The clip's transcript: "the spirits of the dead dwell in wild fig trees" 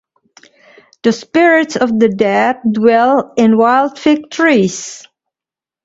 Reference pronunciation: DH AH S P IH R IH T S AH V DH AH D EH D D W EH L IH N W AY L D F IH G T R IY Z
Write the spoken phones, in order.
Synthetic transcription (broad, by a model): DH AH S P IH R IH T S AH V DH AH D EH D D W EH L IH N W AY L D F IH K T R IY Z